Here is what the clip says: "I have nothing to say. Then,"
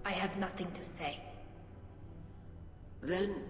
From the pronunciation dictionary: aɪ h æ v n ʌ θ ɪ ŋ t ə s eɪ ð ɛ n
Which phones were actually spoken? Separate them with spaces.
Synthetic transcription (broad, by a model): aɪ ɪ v n ʌ θ ɪ ŋ t ə s eɪ ð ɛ n